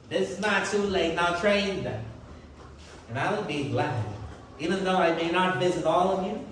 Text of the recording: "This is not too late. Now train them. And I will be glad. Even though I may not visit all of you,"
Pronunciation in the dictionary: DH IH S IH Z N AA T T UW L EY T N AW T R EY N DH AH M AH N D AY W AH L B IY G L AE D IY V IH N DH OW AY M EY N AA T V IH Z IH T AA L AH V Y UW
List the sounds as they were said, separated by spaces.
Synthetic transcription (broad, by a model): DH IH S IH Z N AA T T UW L EY T N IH T R EY N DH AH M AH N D AY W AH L B IY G L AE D IY V IH N DH OW AY M EY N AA T V IH Z IH T AA L AH V Y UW